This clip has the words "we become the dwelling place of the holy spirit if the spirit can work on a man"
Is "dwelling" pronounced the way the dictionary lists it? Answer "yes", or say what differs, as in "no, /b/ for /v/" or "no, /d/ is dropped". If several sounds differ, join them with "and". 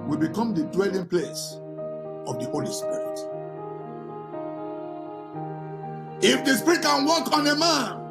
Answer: yes